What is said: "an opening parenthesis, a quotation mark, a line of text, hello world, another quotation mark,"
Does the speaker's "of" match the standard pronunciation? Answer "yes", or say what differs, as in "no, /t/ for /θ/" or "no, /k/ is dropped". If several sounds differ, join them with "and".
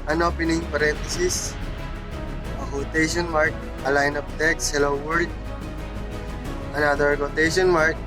no, /p/ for /v/